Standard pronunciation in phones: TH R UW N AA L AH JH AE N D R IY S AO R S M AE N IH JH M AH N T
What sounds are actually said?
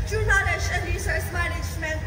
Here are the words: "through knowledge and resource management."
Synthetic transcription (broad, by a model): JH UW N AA N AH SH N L R IY S AO R S M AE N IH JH M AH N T